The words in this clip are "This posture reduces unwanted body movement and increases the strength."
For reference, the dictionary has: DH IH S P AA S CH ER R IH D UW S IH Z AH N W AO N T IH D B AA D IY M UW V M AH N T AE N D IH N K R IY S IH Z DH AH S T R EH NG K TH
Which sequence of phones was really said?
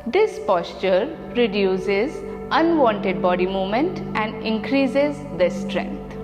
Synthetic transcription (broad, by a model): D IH S P AA S CH ER R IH D UW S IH Z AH N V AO N T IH D B AA D IY M UW V M AH N T AE N D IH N K R IY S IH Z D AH S T R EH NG K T